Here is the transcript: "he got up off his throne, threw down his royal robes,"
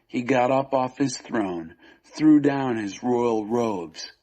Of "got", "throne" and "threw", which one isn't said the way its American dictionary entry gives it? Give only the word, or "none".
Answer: none